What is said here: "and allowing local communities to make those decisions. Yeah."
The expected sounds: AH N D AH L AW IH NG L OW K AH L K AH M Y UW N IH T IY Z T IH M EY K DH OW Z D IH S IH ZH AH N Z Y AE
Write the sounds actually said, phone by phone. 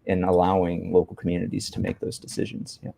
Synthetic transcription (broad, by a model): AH N AH L AW IH NG L OW K L K M Y UW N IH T IY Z T IH M EY K DH OW Z D IH S IH ZH AH N Z Y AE